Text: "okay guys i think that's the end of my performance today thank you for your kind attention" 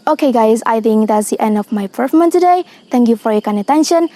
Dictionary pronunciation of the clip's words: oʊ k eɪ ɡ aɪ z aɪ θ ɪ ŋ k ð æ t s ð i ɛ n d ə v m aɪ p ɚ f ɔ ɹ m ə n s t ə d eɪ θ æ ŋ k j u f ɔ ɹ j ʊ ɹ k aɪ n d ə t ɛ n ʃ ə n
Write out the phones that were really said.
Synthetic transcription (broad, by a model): oʊ k eɪ ɡ aɪ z aɪ θ ɪ ŋ k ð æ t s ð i ɛ n d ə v m aɪ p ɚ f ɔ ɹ m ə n t ə d eɪ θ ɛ ŋ k j u f ɔ ɹ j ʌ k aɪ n ə t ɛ n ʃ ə n